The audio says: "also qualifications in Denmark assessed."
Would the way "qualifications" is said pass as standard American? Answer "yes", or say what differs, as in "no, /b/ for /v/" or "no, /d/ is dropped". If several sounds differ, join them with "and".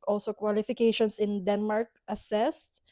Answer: no, /s/ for /z/